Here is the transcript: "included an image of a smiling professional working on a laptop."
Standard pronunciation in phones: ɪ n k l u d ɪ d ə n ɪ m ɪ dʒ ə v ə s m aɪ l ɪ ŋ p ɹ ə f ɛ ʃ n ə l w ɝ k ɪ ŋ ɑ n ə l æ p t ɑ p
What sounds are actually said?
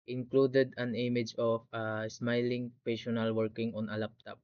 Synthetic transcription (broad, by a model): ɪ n k l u d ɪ d ə n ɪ m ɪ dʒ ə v ə s m aɪ l ɪ ŋ p ə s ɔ n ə l w ɝ k ɪ ŋ ɑ n ə l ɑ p t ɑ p